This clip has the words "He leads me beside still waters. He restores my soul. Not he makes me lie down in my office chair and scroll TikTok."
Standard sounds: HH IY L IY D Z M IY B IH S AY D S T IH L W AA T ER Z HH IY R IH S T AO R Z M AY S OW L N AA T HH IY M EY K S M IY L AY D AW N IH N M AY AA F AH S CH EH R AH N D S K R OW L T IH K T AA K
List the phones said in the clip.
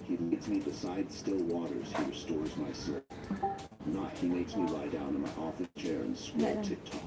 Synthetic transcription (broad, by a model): HH IY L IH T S M IY B IH S AY D S T IH L W AA T ER Z HH IY R IH S T AO R Z M AY S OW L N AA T HH IY M EY K S M IY L AY D AW N IH N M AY AA F AH S CH EH R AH N S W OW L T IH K T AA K